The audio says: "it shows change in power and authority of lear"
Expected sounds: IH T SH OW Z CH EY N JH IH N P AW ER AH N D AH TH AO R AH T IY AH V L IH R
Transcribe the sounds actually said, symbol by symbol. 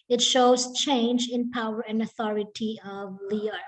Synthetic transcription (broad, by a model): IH T SH OW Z CH EY N JH IH N P AW ER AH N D AH TH AO R AH T IY AH V L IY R